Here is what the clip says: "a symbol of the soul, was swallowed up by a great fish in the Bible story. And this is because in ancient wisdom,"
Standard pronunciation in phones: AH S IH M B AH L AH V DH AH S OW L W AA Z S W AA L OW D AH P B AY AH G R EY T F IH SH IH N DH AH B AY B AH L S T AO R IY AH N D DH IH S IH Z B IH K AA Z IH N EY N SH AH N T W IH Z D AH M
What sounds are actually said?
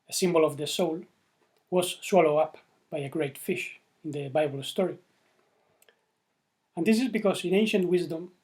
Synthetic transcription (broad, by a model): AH S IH M B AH L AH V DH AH S OW L W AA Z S W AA L OW AH P B AY AH G R EY T F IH SH IH N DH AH B AY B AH L S T AO R IY AH N D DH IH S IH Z B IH K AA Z IH N EY N SH AH N T W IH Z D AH M